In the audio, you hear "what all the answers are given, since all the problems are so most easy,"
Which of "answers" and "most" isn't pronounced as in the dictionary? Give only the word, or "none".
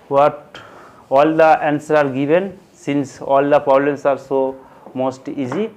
answers